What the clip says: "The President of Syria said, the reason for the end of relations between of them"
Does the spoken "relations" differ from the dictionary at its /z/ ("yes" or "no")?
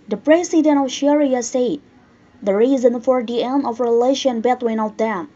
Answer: yes